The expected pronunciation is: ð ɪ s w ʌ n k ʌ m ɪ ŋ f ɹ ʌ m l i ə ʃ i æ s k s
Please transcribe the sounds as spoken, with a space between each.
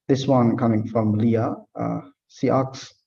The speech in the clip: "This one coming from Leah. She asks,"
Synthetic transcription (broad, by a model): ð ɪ s w ʌ n k ʌ m ɪ ŋ f ɹ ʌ m l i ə s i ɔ k s